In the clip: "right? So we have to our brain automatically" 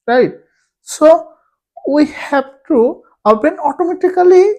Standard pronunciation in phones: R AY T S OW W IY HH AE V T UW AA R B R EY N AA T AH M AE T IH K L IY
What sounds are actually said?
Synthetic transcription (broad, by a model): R AY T S OW W IY HH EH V T UW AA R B EY N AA T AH M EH T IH K L IY